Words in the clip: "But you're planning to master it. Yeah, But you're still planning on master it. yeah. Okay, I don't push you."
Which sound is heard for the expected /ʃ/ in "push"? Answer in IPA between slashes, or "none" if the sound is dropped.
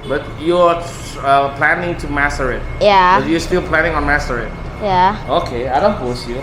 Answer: /s/